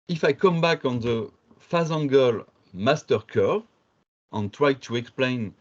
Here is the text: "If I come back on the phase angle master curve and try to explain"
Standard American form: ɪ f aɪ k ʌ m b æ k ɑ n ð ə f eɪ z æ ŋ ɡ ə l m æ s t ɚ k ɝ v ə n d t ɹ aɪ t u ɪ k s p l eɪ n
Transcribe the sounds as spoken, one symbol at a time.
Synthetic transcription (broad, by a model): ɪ f aɪ k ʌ m b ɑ k ɑ n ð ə f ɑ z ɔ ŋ ɡ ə l m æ s t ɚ k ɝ ə n t ɹ aɪ t u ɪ k s p l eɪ n